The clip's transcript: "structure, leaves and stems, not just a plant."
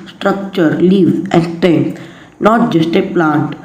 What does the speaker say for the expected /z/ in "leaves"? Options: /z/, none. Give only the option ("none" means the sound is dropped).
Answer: none